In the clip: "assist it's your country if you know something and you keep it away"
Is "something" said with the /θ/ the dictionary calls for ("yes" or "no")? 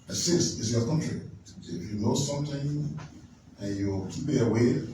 no